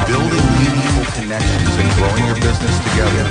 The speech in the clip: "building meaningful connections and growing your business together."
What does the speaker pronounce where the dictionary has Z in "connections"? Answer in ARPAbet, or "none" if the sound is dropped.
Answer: Z